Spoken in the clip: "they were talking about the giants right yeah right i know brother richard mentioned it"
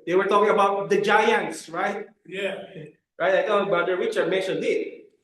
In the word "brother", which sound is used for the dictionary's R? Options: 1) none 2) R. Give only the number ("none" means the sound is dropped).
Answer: 1